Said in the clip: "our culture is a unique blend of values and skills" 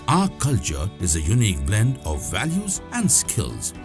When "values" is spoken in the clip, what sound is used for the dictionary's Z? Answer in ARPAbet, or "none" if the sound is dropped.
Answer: Z